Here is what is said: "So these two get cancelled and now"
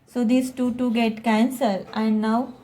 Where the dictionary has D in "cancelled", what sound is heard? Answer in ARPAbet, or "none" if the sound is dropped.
none